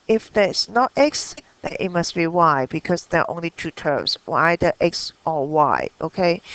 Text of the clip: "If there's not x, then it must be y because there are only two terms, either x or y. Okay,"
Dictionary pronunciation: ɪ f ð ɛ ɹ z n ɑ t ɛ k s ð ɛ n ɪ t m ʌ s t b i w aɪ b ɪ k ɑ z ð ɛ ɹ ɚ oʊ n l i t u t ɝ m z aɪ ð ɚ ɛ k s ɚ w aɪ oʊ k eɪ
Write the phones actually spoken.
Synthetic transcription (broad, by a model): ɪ f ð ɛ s n ɑ t ɛ k s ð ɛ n ɪ t m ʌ s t b i w aɪ b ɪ k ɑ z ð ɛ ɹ oʊ n l i t u t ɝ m s aɪ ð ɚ ɛ k s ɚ w aɪ oʊ k eɪ